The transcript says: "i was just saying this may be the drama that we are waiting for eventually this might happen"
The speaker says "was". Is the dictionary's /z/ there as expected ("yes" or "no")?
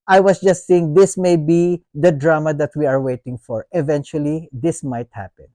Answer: no